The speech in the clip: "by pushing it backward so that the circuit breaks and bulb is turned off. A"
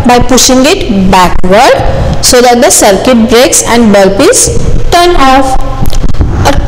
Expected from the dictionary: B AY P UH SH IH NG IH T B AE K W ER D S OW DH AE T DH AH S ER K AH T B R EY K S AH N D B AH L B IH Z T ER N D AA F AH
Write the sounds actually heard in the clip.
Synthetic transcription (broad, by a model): B AY P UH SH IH NG IH T B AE K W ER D S OW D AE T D AH S ER K AH T B R EY K S AH N D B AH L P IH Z T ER N AA F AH